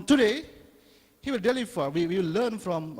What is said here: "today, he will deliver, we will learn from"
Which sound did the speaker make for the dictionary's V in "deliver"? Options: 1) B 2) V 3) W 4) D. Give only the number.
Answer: 3